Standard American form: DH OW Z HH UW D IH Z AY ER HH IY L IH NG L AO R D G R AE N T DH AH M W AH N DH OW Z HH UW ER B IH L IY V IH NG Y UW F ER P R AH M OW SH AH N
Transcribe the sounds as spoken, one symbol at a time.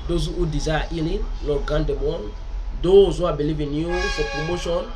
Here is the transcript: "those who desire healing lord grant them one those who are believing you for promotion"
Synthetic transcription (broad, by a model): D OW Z HH UW D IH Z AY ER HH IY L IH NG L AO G AA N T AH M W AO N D OW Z HH UW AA B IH L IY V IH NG Y UW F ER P R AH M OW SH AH N